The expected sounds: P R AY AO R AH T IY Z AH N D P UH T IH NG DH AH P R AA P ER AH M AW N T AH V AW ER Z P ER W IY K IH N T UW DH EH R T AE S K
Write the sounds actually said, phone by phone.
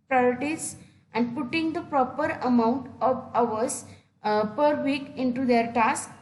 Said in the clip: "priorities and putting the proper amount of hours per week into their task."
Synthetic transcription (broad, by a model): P R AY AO R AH T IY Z AH N D P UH T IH NG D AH P R AA P ER AH M AW N T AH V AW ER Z P ER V IY K IH N T UW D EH R T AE S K